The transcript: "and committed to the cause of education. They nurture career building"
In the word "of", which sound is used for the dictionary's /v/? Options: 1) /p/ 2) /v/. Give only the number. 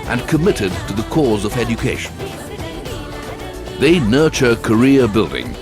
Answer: 2